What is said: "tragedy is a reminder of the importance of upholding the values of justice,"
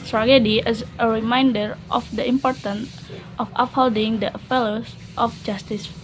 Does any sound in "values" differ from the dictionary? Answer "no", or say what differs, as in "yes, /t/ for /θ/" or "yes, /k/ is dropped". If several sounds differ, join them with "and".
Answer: yes, /f/ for /v/